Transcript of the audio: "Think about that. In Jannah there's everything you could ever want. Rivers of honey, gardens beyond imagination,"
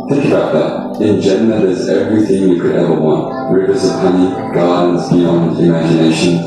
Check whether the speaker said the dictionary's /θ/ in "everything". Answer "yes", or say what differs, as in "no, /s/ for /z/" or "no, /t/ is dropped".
yes